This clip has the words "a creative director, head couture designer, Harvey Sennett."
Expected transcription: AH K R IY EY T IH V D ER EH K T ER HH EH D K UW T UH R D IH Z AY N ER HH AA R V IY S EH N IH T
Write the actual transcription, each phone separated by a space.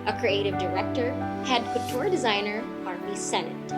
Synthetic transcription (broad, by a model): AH K R IY EY T IH V D ER EH K T ER HH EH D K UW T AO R D IH Z AY N ER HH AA R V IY S EH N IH T